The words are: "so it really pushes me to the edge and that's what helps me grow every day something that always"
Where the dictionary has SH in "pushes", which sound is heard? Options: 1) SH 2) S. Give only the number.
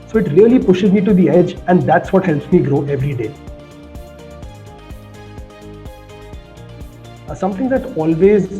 1